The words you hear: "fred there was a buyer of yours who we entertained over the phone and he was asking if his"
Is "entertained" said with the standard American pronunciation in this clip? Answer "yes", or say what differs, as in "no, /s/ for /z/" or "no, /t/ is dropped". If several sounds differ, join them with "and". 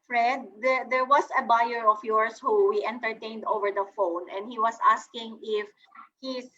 yes